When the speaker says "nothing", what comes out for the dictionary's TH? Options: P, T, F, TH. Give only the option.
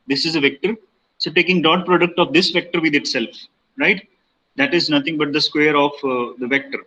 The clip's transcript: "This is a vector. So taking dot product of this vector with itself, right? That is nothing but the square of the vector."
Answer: T